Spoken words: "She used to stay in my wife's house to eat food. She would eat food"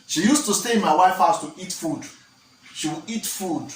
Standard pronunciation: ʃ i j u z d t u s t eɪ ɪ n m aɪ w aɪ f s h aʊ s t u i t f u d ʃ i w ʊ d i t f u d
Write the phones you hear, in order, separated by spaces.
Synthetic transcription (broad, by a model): ʃ i j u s t u s t eɪ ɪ m aɪ w aɪ f h aʊ s t u i t f u d ʃ i w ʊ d i t f u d